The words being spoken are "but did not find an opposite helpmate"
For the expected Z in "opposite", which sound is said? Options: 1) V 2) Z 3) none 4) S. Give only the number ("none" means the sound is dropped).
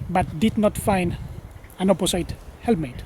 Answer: 4